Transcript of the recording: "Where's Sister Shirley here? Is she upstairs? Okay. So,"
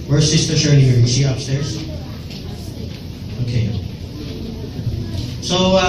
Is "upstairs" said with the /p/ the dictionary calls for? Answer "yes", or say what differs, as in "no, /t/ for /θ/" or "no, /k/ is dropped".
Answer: yes